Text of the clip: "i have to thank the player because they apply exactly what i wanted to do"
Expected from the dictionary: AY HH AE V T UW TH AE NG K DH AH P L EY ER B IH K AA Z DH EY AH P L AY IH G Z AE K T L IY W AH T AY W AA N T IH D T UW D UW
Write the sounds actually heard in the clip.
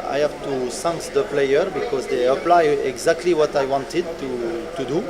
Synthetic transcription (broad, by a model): AY HH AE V T UW S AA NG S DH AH P L EY ER B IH K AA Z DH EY AH P L AY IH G Z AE K T L IY W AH T AY W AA N T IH D T UW D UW